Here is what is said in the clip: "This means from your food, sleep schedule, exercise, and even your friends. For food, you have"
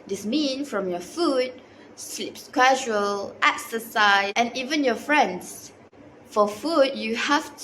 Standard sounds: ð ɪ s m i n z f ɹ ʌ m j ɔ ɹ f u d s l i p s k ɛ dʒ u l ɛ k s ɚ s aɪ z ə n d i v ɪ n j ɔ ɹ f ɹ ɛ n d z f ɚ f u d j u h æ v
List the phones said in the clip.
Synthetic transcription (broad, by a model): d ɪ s m i n f ɹ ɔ m j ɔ f u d s l i p s k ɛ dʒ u l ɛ k s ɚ s aɪ ə n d i v ɪ n j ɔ f ɹ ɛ n d s f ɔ f u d j u h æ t